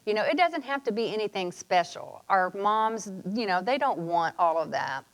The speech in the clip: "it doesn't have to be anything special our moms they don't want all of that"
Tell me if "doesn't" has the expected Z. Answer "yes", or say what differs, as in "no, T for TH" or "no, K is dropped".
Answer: yes